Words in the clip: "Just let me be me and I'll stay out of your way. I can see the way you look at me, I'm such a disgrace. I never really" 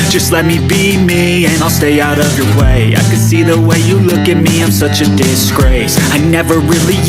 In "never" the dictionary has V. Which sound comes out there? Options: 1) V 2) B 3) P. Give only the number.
1